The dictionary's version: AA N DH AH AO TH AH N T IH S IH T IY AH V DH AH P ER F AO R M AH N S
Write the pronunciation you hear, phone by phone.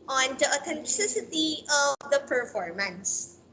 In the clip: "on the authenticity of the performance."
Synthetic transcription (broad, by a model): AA N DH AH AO T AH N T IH S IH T IY AH V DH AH P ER F AO R M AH N S